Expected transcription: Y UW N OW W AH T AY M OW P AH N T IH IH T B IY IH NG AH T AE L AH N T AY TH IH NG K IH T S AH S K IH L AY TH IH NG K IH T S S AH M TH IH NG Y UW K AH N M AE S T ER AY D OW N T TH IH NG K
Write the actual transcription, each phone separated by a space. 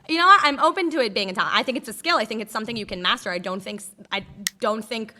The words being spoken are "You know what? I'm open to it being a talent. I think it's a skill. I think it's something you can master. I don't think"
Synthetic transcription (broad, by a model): Y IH N OW W AH T AY M OW P AH N T IH IH T B IY IH NG AH T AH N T AY TH IH NG K IH T S AH S K IH L AY TH IH NG K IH T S S AH M TH IH NG Y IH K AH N M AE S T ER AY D OW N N TH IH NG K